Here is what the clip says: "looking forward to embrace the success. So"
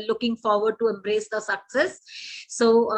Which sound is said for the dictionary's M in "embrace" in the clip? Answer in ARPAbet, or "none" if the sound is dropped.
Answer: M